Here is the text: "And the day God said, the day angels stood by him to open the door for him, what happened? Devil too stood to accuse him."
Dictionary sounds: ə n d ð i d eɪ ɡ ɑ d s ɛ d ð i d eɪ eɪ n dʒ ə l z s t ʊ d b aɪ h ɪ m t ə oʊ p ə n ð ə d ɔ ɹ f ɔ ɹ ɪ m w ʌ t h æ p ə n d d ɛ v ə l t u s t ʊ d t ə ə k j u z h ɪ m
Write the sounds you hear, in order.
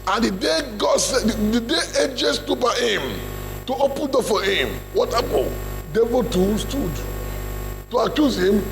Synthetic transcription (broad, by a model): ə n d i d eɪ ɡ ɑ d s ɛ d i d eɪ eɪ dʒ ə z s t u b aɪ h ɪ m t ə oʊ p ə n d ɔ f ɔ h ɪ m w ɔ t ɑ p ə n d d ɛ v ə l t u s t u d t ə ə k j u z h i m